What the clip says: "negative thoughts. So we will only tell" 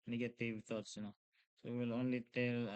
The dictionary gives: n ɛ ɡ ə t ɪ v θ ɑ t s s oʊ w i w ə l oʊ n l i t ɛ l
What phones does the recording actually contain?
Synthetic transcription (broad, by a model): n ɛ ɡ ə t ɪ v t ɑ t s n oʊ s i w ə l oʊ n l i t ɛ l